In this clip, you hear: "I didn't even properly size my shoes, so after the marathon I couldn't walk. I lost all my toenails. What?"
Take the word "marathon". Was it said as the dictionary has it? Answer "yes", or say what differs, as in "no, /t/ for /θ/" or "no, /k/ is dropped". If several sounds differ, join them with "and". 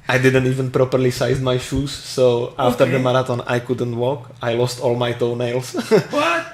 no, /t/ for /θ/